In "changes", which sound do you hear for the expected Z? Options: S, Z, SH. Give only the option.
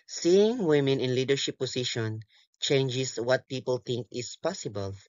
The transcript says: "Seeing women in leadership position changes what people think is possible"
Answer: S